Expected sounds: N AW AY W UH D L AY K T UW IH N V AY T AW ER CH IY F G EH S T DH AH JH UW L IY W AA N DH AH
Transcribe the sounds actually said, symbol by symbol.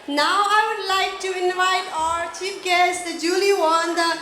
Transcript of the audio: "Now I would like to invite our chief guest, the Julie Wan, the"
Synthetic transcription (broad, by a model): N AW AY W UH D L AY K T UW IH N V AY T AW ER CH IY P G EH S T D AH JH UW L IY W AA N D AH